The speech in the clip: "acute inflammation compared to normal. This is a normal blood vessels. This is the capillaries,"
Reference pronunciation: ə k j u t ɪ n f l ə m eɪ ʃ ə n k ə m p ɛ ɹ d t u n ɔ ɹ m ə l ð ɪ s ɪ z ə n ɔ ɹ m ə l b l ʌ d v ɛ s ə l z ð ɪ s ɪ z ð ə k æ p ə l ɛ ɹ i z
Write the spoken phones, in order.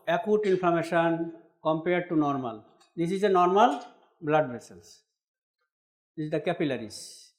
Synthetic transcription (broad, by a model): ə k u t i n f ə m eɪ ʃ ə n k ə m p ɛ ɹ d t u n ɔ ɹ m ə l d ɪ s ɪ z ə n ɔ ɹ m ə l b l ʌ d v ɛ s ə l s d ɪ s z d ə k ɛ p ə l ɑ ɹ i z